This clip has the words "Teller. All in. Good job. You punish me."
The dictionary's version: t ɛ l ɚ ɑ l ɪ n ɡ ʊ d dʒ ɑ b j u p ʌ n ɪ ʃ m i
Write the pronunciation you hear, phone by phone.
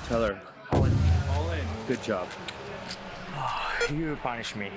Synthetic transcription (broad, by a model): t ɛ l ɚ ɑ n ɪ l ɡ ʊ d dʒ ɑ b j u p ʌ n ɪ ʃ m i